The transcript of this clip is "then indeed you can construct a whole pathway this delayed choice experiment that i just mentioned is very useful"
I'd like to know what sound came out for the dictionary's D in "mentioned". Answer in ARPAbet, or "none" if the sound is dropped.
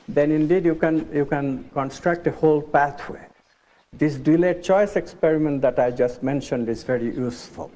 D